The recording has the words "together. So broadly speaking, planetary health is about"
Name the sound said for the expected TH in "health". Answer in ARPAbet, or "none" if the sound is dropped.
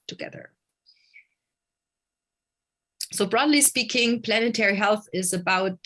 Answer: TH